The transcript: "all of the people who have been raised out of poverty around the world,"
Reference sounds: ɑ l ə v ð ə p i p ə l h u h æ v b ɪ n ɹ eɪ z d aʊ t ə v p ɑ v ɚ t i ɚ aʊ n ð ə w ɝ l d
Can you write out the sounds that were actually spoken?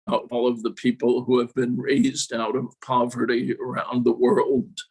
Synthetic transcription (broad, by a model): ɑ l ə v ð ə p i p l h u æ v b ɪ n ɹ eɪ z d aʊ t ə v p ɑ v ɚ t i ɚ aʊ n ð ə w ɝ l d